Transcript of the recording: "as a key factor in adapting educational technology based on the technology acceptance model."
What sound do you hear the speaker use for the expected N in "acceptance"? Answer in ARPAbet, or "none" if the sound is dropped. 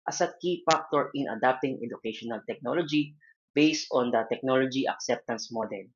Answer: N